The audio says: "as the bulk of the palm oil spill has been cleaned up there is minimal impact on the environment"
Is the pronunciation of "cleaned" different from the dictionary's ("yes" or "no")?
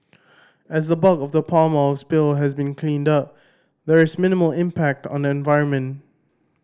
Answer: no